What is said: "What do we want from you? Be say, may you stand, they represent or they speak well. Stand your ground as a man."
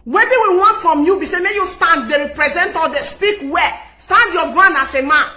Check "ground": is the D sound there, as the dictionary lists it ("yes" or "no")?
no